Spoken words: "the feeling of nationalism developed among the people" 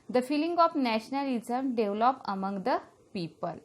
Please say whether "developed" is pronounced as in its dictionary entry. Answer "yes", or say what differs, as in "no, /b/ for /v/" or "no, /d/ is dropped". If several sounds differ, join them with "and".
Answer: no, /t/ is dropped